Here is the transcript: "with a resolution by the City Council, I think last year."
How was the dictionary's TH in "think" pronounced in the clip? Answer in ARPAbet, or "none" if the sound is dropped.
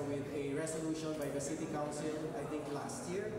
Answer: T